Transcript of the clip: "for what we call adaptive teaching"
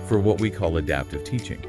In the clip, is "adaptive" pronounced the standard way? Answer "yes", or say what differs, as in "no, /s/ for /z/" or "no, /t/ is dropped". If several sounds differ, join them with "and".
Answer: yes